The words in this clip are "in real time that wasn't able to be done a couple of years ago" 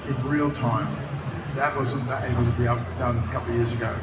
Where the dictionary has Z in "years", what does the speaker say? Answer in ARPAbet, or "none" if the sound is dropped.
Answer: Z